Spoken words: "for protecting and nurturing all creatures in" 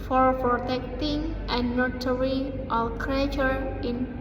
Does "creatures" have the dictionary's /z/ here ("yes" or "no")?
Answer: no